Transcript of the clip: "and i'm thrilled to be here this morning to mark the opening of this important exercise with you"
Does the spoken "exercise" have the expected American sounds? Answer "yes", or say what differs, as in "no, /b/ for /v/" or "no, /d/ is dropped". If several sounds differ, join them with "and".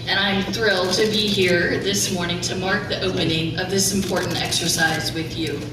yes